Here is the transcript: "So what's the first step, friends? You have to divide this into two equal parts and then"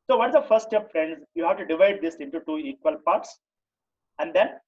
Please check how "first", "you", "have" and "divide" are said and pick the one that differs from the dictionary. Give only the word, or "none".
first